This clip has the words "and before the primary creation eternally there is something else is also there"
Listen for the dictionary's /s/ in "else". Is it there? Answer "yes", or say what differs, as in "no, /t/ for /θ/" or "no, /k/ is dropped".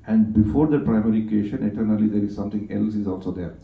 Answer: yes